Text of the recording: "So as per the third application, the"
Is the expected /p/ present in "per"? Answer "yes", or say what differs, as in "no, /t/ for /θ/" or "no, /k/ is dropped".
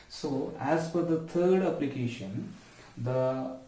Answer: no, /f/ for /p/